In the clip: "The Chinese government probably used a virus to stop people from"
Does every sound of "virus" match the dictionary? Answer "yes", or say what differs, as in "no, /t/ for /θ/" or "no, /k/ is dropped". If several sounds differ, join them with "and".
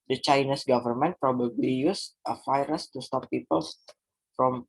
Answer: no, /f/ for /v/